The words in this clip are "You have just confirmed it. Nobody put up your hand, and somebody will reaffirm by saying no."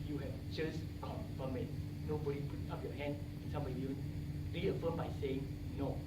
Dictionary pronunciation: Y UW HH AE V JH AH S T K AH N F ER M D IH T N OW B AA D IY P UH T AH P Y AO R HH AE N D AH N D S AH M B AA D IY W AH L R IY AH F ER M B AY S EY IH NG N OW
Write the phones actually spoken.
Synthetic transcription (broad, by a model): Y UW HH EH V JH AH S K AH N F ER M IH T N OW B AA D IY P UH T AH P Y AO HH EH N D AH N S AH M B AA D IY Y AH N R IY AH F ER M B AY S EY IH NG N OW